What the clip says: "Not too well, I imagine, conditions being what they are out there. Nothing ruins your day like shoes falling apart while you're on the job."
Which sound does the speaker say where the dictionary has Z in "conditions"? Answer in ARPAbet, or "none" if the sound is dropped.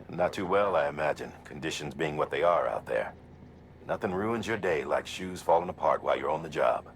Z